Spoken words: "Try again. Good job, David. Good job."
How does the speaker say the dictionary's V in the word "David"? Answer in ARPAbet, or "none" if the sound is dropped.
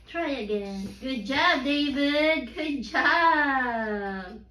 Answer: V